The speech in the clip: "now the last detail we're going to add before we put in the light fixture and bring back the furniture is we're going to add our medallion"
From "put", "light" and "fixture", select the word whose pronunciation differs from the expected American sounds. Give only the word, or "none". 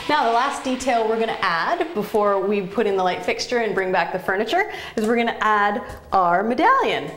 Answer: none